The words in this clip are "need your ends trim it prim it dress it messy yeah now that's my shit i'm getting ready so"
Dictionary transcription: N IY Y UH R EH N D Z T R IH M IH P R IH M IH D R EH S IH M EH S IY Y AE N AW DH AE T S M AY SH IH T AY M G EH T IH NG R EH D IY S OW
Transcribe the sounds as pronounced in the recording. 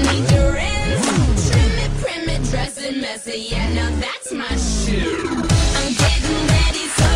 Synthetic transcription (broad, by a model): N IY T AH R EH D T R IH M IH P R IH M IH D R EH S IH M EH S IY Y AE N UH DH AE T S M AY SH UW AY M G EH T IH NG R EH D IY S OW